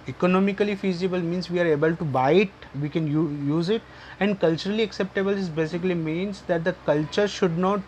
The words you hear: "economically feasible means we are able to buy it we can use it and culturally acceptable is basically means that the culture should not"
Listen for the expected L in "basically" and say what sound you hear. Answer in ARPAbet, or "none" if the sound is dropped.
L